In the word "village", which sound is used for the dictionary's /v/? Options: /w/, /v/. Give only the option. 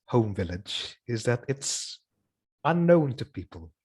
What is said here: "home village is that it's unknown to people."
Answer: /v/